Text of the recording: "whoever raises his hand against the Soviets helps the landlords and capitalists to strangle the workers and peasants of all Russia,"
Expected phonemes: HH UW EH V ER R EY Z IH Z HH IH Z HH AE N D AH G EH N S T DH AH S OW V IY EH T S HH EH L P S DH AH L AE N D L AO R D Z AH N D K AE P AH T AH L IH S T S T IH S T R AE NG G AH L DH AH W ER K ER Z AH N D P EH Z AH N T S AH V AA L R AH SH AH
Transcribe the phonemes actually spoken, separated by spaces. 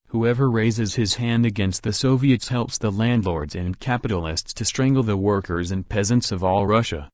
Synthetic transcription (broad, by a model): HH UW EH V ER R EY Z IH Z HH IH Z HH AE N D AH G EH N S T DH AH S OW V IY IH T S HH EH L P S DH AH L AE N D L AO R D Z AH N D K AE P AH T L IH S T S T IH S T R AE NG G L DH AH W ER K ER Z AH N P EH Z AH N T S AH V AA L R AH SH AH